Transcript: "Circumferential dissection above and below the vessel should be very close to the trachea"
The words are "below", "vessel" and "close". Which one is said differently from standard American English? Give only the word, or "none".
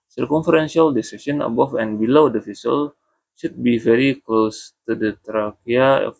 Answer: vessel